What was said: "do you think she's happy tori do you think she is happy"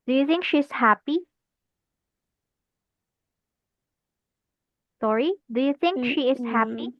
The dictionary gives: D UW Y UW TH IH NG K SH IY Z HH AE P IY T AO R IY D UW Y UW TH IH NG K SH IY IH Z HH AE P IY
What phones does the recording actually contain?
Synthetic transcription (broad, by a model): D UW Y UW TH IH NG K SH IY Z HH AE P IY S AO R IY D UW Y UW TH IH NG K SH IY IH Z HH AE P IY